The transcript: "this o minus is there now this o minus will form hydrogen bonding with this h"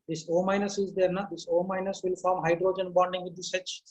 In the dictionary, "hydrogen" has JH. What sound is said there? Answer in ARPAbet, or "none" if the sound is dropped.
JH